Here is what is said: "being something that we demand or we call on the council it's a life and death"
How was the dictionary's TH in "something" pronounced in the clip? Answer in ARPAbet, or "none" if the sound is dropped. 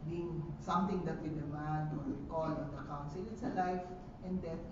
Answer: T